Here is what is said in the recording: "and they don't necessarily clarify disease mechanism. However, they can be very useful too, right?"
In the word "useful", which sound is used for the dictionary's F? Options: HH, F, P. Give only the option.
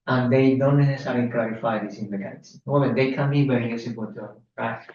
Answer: P